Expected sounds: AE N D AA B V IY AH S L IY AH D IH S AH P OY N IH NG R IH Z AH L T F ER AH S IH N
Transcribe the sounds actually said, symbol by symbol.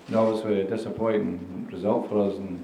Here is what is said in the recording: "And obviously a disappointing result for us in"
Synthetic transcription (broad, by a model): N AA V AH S W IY AH D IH S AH P OY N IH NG R IH Z AH L T F ER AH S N